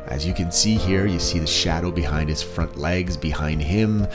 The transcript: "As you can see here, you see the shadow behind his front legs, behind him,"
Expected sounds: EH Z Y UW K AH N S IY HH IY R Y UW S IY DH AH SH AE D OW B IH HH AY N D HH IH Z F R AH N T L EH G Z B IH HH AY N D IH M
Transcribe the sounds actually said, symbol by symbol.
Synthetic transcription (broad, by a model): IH Z Y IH K AH N S IY HH IY R Y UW S IY DH AH SH AE D OW B IH HH AY N D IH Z F R AH N T L EH G Z B IH HH AY N D IH M